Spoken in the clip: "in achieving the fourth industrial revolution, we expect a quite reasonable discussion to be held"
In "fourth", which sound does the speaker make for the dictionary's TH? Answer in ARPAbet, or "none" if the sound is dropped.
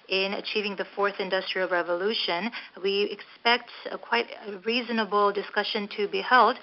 TH